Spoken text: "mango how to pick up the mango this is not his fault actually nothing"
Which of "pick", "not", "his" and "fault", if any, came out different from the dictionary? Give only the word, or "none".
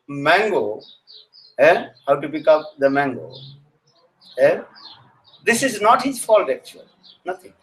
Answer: none